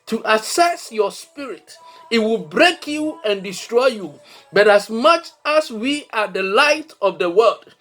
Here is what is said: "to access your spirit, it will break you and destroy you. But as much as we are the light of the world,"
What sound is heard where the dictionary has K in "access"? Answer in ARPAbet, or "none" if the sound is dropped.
none